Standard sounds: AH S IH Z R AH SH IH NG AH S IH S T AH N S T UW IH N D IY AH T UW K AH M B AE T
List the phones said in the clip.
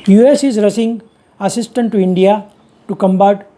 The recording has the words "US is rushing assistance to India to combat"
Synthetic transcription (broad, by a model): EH S IH Z R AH S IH NG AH S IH S T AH N T UW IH N D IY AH T UW K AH M B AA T